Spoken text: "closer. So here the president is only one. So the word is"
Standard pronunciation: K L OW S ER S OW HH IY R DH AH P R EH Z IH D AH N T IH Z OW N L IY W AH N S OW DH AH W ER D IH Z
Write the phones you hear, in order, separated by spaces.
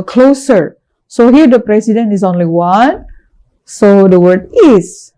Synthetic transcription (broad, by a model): K L OW S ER S OW HH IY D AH P R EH S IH D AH N IH S OW N L IY W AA N S OW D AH W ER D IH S